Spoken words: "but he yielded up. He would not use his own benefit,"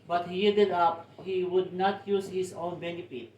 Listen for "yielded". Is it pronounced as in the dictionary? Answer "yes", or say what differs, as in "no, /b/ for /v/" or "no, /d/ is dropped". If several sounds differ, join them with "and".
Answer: no, /l/ is dropped